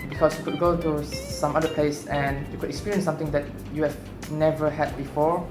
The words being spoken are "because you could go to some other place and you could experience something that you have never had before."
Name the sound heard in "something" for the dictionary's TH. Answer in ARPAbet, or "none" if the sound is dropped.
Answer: T